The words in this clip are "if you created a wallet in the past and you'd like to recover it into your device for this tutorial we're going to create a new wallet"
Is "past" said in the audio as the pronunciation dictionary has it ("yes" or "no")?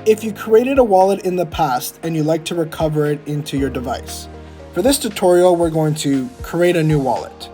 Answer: yes